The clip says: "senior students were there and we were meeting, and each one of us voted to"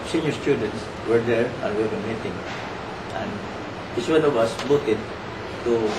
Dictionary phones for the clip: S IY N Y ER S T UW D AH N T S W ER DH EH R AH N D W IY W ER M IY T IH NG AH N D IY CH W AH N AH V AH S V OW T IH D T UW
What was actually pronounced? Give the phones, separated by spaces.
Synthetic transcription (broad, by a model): S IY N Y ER S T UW D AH N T S W ER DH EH R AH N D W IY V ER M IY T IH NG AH N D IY S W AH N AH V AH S B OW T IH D T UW